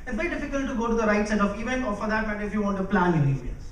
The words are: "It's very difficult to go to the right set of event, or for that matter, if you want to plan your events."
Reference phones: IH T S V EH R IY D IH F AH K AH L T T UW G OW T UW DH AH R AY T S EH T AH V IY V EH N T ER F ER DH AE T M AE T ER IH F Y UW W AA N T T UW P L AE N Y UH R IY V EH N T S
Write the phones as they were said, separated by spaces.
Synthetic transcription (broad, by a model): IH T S V EH R IY D IH F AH K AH L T T UW G OW T UW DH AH R AY T S EH T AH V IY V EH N ER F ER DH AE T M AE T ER IH F Y UW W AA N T T UW P L AE N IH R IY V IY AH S